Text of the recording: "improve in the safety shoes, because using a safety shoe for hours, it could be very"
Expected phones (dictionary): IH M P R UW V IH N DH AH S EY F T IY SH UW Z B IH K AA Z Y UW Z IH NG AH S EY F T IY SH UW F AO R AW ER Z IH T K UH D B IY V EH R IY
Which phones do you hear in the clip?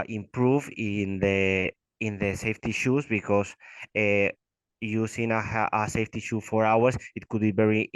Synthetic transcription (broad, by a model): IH M P R UW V IH N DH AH S EY F T IY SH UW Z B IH K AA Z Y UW S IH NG AH S EY F T IY SH UW F AO R AW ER S IH T K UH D B IY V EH R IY